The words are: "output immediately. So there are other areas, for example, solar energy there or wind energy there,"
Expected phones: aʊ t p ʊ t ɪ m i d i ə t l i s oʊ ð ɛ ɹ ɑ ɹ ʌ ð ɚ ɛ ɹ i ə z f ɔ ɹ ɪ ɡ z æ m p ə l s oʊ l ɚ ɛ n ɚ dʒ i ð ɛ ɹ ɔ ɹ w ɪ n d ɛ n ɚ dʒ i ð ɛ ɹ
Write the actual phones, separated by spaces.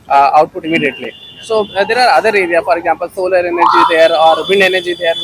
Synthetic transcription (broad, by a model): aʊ t p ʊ t ɪ m i d i ə t l i s oʊ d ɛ ɹ ɑ ɹ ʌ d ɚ ɛ ɹ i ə f ɔ ɹ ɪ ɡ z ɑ m p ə l s oʊ l ɚ ɛ n ɚ dʒ i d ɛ ɹ ɔ ɹ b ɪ n d ɛ n ɚ dʒ i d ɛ ɹ